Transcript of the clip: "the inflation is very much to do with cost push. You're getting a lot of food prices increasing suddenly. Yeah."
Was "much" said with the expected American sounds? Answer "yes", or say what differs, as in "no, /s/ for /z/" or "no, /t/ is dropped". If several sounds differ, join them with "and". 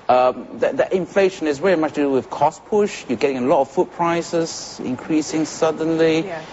yes